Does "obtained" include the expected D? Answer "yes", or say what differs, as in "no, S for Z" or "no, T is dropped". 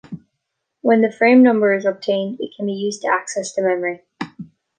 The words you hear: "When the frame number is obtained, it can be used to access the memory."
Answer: yes